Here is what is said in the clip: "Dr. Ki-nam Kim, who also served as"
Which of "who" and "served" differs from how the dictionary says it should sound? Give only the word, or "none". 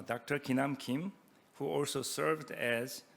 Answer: none